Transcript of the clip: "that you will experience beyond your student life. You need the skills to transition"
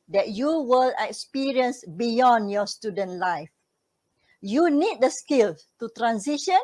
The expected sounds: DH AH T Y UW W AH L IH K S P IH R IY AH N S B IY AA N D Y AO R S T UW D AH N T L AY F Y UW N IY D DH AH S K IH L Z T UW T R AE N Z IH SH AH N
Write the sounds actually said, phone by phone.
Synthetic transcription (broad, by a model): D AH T Y UW W AH L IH K S P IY R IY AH N S B IY AA N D Y AO S T UW D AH N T L AY F Y UW N IY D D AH S K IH L T UW T R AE N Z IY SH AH N